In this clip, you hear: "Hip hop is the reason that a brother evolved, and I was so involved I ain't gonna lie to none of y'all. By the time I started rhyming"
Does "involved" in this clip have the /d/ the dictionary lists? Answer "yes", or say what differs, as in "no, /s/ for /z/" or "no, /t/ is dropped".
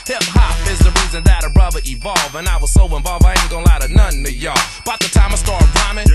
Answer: no, /d/ is dropped